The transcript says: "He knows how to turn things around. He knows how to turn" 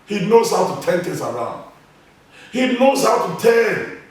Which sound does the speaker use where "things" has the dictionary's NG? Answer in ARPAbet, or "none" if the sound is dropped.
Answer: none